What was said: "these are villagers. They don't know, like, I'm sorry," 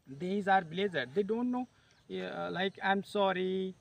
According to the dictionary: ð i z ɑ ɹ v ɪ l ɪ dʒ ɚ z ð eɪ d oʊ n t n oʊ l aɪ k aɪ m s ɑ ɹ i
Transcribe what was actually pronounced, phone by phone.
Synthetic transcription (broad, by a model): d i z ɑ ɹ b l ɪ z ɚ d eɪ d oʊ n t n oʊ l aɪ k aɪ m s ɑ ɹ i